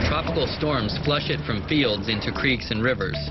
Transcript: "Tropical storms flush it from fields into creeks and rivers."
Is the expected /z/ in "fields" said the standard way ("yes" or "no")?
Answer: yes